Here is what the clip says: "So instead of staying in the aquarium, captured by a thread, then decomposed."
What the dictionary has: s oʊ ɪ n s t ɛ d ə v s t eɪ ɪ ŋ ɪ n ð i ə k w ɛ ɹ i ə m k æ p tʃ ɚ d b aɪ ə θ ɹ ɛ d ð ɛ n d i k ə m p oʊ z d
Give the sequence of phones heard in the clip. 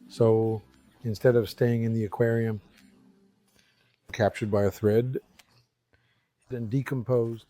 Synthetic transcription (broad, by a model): s oʊ ɪ n s t ɛ d ə v s t eɪ ɪ ŋ ɪ n ð i ə k w ɛ ɹ i ə m k æ p tʃ ɚ d b aɪ ə θ ɹ ɛ d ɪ n d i k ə m p oʊ z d